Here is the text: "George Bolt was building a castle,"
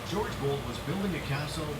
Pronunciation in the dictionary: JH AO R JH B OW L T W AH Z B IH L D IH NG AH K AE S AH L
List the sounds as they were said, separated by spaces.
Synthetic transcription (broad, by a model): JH AO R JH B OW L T W AH Z B IH L D IH NG AH K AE S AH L